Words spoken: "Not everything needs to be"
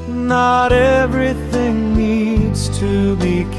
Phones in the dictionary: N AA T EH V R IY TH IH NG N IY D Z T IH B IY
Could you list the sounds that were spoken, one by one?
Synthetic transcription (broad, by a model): N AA T EH V R IY TH IH NG N IY D Z T IH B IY